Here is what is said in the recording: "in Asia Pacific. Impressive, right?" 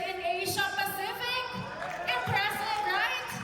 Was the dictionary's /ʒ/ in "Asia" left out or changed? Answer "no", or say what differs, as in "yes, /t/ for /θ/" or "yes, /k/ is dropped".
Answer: yes, /ʃ/ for /ʒ/